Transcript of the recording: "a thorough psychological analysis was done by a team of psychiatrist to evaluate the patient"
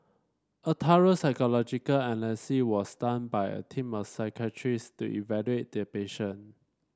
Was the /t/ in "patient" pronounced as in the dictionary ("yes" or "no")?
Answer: no